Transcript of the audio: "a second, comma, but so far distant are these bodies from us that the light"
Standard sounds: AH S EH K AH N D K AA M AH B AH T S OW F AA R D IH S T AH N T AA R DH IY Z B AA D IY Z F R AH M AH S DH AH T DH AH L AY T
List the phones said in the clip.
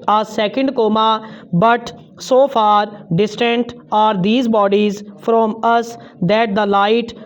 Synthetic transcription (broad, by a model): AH S EH K AH N D K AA M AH B AH T S OW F AA R D IH S T AH N T AA R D IY Z B AA D IY Z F R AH M AH S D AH T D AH L AY T